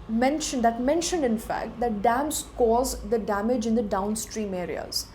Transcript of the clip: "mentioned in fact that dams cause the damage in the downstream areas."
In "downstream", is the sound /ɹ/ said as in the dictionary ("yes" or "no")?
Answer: yes